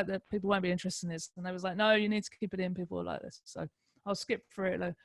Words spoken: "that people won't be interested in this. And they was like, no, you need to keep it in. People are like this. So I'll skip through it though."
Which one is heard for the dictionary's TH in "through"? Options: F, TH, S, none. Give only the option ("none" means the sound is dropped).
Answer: F